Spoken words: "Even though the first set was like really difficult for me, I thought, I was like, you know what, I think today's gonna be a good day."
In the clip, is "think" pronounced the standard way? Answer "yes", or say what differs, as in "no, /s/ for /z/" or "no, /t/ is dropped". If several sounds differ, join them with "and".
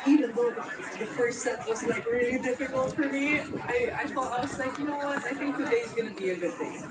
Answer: yes